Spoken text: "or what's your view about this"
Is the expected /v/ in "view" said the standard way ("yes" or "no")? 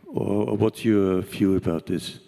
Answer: no